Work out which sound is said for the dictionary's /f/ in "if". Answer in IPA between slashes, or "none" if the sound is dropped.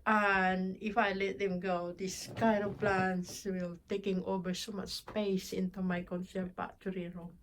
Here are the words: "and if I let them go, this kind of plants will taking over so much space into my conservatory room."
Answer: /f/